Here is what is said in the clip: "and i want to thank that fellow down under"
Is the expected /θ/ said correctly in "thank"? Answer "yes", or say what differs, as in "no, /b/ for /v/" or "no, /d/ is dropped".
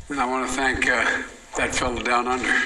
yes